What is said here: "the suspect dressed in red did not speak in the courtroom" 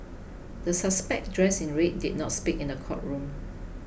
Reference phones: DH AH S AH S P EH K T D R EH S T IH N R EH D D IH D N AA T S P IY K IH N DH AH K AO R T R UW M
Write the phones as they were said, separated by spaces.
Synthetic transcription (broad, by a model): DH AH S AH S P EH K D R EH S IH N R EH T D IH D N AA T S P IY K IH N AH K AO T R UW M